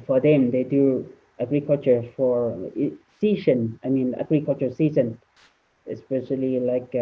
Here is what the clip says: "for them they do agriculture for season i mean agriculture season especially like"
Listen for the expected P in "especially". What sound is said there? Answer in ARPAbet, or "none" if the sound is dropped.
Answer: P